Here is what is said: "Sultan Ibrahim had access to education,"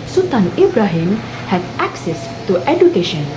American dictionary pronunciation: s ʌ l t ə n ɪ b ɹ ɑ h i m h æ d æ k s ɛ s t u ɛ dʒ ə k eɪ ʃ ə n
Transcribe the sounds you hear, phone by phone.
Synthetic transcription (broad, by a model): s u t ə n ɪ b ɹ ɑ h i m h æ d æ k s ɛ s t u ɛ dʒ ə k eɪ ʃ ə n